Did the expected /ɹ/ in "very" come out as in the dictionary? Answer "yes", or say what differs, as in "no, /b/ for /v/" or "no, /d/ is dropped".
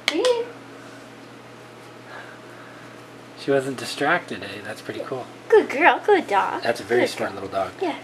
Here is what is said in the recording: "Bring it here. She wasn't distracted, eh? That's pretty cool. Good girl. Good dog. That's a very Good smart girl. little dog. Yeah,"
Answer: no, /ɹ/ is dropped